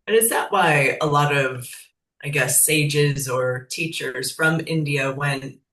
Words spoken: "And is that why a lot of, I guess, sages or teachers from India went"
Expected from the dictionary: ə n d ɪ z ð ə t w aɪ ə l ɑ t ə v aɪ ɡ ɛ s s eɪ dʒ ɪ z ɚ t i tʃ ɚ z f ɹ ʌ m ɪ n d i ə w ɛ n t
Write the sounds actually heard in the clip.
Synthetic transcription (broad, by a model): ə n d ɪ z ð ə t w aɪ ə l ɑ t ə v aɪ ɡ ɛ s s eɪ dʒ ɪ z ɚ t i tʃ ɚ z f ɹ ʌ m ɪ n d i ə w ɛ n t